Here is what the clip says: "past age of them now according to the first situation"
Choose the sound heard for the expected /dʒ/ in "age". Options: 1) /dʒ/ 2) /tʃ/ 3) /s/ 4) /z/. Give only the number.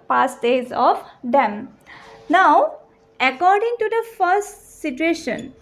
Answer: 4